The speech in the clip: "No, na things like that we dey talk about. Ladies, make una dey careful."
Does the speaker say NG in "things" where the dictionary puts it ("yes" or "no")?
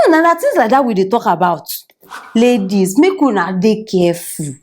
no